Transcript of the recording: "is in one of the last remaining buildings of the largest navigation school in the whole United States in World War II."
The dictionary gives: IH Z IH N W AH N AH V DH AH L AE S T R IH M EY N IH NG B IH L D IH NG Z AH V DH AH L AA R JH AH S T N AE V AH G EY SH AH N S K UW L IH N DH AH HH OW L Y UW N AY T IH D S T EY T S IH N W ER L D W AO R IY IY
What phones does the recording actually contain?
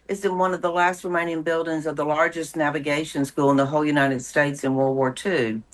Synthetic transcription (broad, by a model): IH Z IH N W AH N AH V DH AH L AE S T R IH M EY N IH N B IH L D IH NG Z AH V DH AH L AA R JH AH S N AE V AH G EY SH AH N S K UW L IH N DH AH HH OW L Y UW N AY T IH D S T EY T S IH N W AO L W AO R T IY